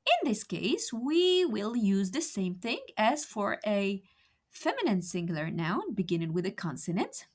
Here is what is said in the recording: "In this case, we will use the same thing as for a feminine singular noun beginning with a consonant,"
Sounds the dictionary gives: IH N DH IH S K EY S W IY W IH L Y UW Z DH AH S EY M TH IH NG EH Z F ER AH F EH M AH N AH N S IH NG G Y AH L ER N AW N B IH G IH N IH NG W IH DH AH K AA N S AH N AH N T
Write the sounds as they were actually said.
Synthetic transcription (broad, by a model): IH N DH IH S K EY S W IY W IH L Y UW Z DH AH S EY M TH IH NG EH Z F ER AH F EH M AH N AH N S IH NG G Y L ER N AW N B IH G IH N IH NG W IH DH AH K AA N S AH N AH N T